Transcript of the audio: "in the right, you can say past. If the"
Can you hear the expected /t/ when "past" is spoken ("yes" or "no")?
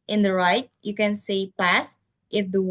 yes